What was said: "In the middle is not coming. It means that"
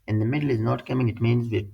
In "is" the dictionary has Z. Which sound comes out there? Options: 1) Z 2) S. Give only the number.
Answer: 1